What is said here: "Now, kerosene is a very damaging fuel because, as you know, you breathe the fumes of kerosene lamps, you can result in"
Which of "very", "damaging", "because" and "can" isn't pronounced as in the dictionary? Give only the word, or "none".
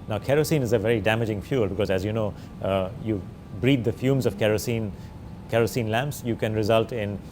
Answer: none